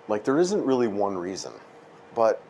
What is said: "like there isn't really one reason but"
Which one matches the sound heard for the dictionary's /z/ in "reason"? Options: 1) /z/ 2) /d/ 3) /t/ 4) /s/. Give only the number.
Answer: 1